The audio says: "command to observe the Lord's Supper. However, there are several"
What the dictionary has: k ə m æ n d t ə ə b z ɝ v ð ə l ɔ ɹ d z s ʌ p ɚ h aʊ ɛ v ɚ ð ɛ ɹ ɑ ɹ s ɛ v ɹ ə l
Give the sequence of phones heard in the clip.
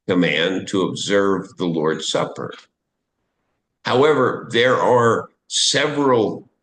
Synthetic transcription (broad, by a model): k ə m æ n t ə ə b z ɝ v ð ə l ɔ ɹ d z s ʌ p ɚ h aʊ ɛ v ɚ ð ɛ ɹ ɑ ɹ s ɛ v ɹ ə l